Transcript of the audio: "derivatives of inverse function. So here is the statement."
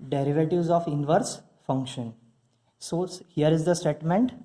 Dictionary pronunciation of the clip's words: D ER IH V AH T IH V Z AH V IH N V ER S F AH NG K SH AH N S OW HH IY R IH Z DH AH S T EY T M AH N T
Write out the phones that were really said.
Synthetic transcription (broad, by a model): D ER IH V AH T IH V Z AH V IH N V ER S F AH NG K SH AH N S OW HH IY R IH Z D AH S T EY T M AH N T